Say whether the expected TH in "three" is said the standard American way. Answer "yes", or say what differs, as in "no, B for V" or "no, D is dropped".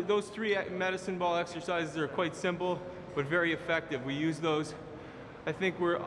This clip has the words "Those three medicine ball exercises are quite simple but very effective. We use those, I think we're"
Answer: yes